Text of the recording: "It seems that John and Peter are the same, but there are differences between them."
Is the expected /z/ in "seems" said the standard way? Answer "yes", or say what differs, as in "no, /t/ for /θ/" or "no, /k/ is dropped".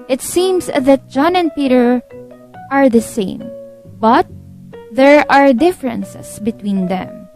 no, /s/ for /z/